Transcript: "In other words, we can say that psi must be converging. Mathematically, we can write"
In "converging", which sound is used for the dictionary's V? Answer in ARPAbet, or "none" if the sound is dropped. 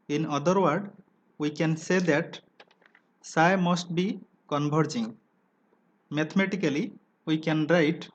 B